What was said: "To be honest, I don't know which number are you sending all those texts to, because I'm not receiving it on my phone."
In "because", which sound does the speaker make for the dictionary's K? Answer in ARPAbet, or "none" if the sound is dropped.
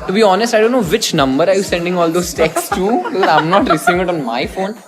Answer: none